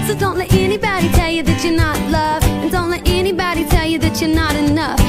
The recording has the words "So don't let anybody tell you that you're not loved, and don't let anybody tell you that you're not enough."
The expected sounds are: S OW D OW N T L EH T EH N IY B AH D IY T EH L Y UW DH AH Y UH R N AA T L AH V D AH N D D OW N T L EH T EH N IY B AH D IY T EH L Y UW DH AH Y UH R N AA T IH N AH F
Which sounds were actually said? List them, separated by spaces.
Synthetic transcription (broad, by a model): S OW D OW N T L EH T EH N IY B AH D IY T EH L Y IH DH AH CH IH R N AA T L AH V AH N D D OW N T L EH T EH N IY B AH D IY T EH L Y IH DH AH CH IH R N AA T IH N AH F